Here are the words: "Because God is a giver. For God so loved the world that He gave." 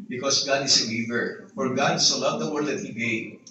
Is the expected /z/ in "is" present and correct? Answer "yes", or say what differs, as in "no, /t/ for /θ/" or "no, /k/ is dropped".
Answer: no, /s/ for /z/